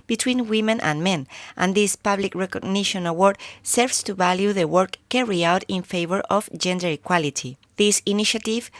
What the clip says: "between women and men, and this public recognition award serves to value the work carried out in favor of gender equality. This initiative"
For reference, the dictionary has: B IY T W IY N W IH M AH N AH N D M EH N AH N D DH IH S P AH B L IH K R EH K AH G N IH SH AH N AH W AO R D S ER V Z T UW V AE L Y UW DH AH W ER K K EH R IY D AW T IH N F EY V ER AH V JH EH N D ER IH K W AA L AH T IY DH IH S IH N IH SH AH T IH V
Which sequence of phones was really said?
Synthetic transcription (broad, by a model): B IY T W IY N W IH M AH N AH N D M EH N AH N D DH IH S P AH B L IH K R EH K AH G N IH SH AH N AH W AO R D S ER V S T UW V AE L Y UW DH AH W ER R K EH R IY AW T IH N F EY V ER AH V JH EH N D ER IH K W AA L AH T IY DH IH S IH N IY SH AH T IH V